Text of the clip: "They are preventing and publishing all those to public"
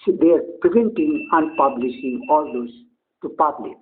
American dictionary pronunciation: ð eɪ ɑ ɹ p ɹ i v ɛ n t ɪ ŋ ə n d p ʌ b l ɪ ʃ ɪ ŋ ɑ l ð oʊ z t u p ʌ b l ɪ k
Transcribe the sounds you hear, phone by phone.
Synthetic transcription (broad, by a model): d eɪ ɑ ɹ p ɹ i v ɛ n t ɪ ŋ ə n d p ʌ b l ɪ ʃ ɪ ŋ ɑ l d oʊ s t u p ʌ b l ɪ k